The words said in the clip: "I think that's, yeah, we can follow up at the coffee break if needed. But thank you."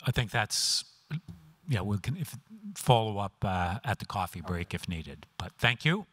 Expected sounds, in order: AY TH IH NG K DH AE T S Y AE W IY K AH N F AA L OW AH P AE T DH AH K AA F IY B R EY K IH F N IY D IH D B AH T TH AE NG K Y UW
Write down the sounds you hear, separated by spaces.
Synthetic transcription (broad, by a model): AY TH IH NG K DH AE T S Y AE W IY K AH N F AA L OW AH P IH T DH AH K AA F IY B R EY K IH F N IY D IH D B AH T TH AE NG K Y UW